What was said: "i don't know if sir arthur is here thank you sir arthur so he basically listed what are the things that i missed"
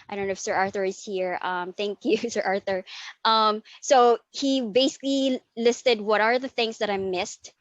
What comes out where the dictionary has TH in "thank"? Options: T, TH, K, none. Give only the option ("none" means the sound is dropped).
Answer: TH